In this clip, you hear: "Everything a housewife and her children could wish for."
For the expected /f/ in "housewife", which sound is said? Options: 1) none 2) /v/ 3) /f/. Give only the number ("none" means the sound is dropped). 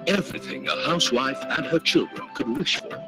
3